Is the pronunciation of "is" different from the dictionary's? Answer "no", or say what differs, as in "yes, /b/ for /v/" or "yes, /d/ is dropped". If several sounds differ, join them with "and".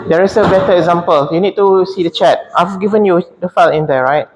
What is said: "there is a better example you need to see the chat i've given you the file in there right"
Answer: yes, /s/ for /z/